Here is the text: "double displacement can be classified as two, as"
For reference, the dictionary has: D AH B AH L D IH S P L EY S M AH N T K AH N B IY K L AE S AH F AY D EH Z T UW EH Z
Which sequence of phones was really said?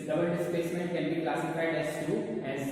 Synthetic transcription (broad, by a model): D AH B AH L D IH S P EY S M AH N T K AH N B IY K L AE S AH F AY D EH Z T UW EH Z